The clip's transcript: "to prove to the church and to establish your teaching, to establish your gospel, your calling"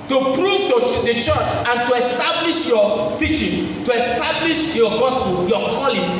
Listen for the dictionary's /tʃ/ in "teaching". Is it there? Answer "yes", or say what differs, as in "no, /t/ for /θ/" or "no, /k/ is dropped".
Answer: yes